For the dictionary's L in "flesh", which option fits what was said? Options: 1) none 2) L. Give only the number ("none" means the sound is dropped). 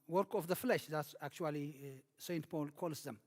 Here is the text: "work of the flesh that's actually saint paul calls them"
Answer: 2